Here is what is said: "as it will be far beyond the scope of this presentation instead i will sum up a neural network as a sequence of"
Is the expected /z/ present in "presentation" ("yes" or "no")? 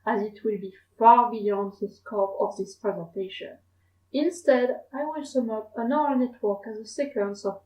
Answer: yes